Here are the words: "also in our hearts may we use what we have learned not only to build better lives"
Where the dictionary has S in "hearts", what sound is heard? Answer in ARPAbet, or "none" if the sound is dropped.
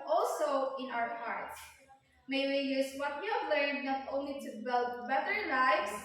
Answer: none